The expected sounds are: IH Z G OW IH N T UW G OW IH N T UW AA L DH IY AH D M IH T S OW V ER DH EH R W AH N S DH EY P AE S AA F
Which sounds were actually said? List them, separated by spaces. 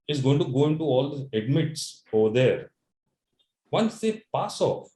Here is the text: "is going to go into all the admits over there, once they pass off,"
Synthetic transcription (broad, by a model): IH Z G OW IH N T UW G OW IH N T UW AA L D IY AH D M IH T S OW V ER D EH R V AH N S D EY P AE S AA F